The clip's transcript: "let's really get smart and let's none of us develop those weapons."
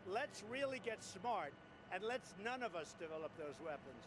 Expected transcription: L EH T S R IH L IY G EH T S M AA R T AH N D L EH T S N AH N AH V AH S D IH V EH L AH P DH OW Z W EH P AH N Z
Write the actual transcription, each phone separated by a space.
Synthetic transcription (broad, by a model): L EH T S R IH L IY G EH T S M AA R T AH N L EH T S N AH N AH V AH S D IH V EH L AH P DH OW Z W EH P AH N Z